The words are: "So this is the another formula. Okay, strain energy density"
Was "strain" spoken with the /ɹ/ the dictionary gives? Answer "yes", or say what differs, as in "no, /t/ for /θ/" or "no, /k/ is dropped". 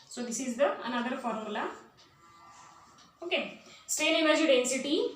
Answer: no, /ɹ/ is dropped